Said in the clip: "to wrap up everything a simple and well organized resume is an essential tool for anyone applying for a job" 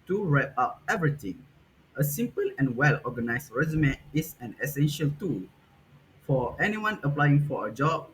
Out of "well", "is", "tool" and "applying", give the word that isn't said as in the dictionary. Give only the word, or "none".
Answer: is